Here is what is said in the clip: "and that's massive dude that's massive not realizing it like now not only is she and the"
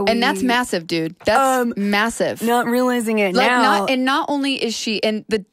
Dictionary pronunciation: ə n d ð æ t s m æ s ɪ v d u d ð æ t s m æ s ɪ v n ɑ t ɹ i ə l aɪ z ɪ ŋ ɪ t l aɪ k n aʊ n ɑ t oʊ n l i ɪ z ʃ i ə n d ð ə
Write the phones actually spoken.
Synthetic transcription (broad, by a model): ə n ð æ t s m æ s ɪ v d u d ð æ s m m æ s ɪ v n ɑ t ɹ i ə l aɪ z ɪ ŋ ɪ t l aɪ k n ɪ n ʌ t oʊ n l i ɪ z ʃ i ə n ð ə